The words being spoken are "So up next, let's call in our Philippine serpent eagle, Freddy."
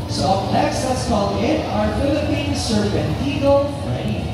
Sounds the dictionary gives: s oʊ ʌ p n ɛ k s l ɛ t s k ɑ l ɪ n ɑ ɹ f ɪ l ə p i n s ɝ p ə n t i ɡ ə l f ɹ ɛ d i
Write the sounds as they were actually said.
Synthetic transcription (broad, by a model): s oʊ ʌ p l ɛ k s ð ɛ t s k ɑ l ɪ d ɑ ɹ f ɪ l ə p i n s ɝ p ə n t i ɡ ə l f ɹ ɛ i